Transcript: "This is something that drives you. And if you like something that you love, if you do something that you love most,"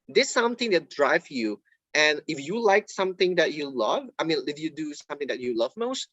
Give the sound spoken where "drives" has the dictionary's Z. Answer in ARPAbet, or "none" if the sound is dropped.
none